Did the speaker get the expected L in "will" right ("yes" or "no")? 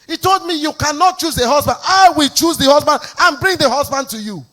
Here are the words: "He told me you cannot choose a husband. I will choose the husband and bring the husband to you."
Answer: yes